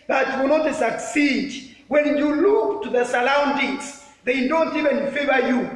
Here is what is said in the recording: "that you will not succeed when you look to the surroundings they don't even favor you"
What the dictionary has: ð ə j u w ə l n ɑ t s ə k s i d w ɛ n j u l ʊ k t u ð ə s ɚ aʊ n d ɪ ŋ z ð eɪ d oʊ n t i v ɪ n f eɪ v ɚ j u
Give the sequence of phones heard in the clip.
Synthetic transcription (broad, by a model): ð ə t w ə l n ɑ t s ə k s i d w ɛ n j u l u k t u ð ə s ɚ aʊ n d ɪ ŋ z ð eɪ d oʊ n t i v ɪ n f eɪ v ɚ j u